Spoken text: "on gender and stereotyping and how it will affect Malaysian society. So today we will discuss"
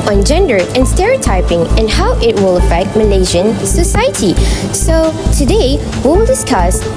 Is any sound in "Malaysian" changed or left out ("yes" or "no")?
yes